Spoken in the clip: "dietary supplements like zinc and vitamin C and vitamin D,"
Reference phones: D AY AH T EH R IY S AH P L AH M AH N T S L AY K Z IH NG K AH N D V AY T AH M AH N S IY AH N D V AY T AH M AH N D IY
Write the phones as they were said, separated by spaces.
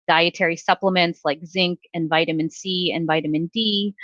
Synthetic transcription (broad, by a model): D AY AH T EH R IY S AH P L AH M AH N T S L AY K Z IH NG K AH N V AY T AH M AH N S IY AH N V AY T AH M AH N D IY